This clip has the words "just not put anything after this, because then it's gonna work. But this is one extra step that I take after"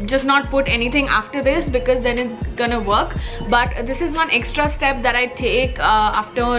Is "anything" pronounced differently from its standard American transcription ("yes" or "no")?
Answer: yes